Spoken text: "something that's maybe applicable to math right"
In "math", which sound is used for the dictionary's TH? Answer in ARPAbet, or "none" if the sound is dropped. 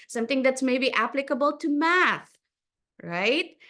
TH